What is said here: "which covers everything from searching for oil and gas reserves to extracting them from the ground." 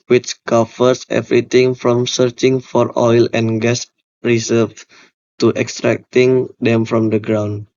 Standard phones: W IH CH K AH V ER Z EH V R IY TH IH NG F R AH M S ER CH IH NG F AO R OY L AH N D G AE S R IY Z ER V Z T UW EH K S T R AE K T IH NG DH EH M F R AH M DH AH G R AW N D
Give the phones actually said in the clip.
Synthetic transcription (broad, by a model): W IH CH K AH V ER S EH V R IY T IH NG F R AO M S ER CH IH NG F AO R OY L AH N G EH S R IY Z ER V T UW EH K S T R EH K T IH NG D EH M F R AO M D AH G R AW N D